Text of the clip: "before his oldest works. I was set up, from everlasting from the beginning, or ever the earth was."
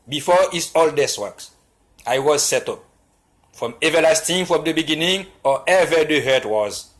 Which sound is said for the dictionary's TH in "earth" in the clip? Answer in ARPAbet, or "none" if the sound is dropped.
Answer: T